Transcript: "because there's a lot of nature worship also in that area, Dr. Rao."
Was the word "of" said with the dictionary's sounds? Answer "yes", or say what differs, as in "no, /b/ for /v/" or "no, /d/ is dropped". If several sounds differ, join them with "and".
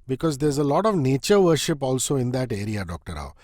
yes